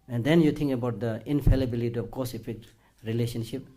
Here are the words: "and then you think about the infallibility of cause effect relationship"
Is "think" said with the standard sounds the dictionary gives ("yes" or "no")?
no